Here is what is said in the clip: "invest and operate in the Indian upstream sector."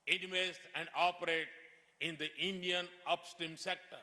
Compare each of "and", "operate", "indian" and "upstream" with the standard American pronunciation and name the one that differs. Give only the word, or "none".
upstream